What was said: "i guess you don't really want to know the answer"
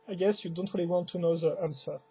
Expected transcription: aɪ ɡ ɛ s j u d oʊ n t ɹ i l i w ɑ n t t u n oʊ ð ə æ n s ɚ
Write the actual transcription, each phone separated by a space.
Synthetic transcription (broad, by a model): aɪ ɡ ɛ s j u d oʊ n t ɹ i l i w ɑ n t t u n oʊ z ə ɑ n s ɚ